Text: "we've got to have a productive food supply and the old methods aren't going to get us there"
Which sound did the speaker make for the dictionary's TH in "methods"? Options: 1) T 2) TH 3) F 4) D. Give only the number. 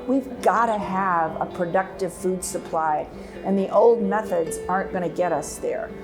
2